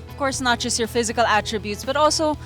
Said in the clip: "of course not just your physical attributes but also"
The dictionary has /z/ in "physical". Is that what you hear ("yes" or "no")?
yes